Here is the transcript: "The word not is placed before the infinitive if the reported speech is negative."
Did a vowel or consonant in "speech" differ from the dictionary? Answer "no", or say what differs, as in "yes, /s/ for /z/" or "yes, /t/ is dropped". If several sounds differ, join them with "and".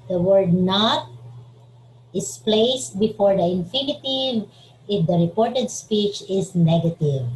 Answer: no